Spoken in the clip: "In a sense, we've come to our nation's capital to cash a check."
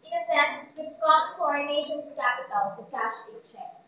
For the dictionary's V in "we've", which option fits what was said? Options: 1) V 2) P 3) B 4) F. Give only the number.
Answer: 2